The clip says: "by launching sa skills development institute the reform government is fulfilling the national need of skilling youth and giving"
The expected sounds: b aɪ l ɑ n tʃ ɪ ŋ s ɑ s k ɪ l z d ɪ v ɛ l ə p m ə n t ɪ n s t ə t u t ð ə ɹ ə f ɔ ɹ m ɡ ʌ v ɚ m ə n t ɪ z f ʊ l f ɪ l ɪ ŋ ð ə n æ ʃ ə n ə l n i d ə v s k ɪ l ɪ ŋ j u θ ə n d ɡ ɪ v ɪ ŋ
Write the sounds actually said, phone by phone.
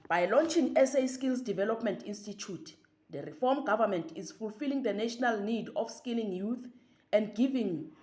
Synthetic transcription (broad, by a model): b aɪ l ɑ n tʃ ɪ ŋ s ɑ s k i l s d ɪ v ɛ l ə p m ə n t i n s t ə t u t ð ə ɹ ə f ɔ m ɡ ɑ v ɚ m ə n t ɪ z f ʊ l f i l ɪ ŋ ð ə n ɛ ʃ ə n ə l n i d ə f s k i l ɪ ŋ j u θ ə n d ɡ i v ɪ ŋ